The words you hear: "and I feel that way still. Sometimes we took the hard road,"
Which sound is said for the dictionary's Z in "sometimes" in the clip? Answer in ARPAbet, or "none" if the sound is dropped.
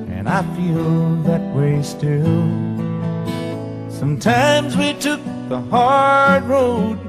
Z